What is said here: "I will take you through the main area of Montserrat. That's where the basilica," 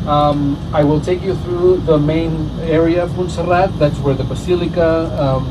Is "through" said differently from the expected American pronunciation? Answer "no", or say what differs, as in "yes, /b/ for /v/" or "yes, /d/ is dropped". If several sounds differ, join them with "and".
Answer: no